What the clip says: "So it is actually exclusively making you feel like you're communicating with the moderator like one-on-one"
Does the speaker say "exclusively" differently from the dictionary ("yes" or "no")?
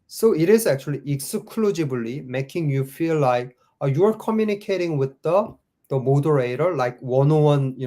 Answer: yes